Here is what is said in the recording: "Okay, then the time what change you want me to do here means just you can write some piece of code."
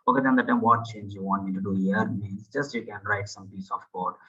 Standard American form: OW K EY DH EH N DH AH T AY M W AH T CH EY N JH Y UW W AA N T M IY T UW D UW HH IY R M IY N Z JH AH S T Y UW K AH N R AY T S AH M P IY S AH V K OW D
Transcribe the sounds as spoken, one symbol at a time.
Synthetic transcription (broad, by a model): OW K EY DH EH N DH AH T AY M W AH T CH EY N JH Y UW W AA N T M IY T UW D UW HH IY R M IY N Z JH AH S T Y UW K AH N R AY T S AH M P IY S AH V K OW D